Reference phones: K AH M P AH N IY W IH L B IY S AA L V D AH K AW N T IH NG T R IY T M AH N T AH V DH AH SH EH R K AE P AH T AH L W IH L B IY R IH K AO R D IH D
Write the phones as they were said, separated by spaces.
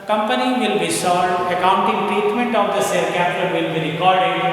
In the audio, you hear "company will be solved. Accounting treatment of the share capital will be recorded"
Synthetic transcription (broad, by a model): K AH M P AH N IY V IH L B IY S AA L D AH K AW N T IH NG T R IY T M AH N T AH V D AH S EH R K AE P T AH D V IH L B IY R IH K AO R D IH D